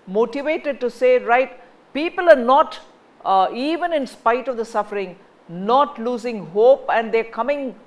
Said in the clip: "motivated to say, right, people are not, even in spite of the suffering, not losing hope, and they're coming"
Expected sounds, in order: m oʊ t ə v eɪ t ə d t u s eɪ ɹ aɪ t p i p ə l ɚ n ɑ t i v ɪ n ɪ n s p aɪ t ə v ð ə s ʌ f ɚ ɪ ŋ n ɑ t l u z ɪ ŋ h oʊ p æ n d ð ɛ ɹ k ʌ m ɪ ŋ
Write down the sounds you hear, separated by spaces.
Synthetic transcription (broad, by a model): m oʊ t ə v eɪ t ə d t u s eɪ ɹ aɪ t p i p ə l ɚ n ɑ t i v ɪ n ɪ n s p aɪ t ə v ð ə s ʌ f ɚ ɪ ŋ n ɑ t l u z ɪ ŋ h oʊ p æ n d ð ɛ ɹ k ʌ m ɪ ŋ